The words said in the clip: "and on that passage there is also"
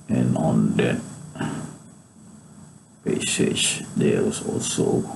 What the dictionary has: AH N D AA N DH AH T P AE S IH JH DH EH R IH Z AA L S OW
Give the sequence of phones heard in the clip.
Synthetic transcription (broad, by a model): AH N AA N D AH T P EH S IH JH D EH W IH S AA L S OW